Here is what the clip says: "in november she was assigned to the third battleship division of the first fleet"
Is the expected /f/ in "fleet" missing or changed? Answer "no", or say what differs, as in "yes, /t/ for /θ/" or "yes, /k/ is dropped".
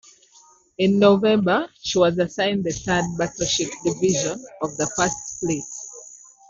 yes, /p/ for /f/